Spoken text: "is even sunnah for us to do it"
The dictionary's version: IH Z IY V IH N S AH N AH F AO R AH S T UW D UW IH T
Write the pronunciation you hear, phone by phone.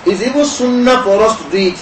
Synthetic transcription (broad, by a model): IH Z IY B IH S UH N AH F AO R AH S T UW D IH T